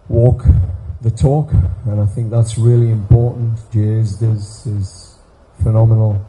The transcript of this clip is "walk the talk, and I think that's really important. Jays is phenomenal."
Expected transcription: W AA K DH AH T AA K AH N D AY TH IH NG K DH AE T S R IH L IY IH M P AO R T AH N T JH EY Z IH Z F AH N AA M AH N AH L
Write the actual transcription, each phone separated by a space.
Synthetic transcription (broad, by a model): W AA K DH AH T AA K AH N AY TH IH NG K DH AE T S R IH L IY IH M P AO R T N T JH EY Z IH Z F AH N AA M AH N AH L